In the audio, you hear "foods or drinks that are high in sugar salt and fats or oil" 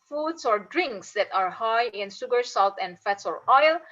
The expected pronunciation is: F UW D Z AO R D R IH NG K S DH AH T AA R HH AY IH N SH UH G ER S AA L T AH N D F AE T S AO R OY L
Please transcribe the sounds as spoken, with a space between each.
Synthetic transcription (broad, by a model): F UW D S AO R D R IH NG K S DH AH T AA R HH AY IH N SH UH G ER S AA L T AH N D F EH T S AO R OY L